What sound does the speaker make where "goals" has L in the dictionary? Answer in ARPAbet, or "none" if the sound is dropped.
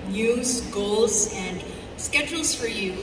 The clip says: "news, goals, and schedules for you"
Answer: L